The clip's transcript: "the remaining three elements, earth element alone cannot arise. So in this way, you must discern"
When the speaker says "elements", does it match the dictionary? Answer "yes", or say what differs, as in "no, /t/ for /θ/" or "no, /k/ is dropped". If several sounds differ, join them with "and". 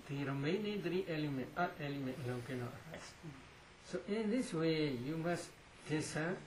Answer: no, /s/ is dropped